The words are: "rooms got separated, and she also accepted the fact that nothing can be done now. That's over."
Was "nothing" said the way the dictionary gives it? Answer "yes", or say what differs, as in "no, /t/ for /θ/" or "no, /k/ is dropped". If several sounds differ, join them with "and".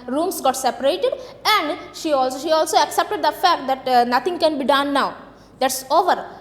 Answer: no, /t/ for /θ/